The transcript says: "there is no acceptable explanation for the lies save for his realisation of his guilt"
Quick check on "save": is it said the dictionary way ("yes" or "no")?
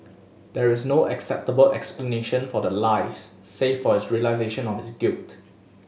no